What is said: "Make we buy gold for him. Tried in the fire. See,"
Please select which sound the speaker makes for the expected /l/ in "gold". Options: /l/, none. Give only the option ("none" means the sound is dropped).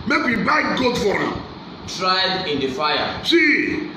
none